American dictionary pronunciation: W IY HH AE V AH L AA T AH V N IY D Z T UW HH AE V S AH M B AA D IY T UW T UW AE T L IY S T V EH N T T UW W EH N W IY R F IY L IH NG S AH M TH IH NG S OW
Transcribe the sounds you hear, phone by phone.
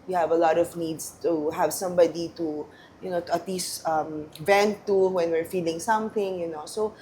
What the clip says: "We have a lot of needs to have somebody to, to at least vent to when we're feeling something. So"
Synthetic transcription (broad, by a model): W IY HH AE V AH L AA T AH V N IY D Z T UW HH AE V S AH M B AA D IY T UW T UW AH T L IY S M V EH N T T UW W EH N W IY R F IY L IH NG S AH M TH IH NG S OW